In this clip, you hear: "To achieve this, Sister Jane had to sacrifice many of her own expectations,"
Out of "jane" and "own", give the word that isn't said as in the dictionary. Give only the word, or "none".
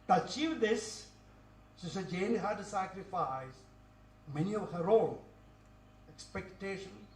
none